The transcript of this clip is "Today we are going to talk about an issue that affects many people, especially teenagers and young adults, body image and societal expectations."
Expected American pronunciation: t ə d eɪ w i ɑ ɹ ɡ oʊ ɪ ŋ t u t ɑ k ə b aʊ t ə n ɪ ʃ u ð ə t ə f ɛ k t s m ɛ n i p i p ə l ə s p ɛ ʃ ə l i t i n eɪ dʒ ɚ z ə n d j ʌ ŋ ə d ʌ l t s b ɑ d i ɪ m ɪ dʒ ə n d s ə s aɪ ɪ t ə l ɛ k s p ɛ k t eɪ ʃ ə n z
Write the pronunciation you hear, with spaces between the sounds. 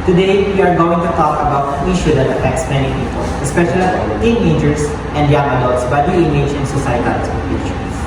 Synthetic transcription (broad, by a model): t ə d eɪ w i ɑ ɹ ɡ oʊ ɪ ŋ t u t ɑ k ə b aʊ t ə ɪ ʃ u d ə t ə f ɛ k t s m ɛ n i p i p ə l ə s p ɛ ʃ ə l i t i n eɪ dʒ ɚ s ə n d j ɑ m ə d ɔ t s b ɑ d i ɪ m ɪ dʒ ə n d s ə s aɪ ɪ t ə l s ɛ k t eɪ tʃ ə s